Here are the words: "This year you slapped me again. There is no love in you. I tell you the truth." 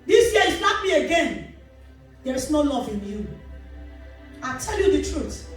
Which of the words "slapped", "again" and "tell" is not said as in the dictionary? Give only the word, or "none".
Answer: slapped